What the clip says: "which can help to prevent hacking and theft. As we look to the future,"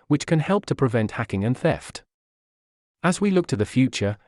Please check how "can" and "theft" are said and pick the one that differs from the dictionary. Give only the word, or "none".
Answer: none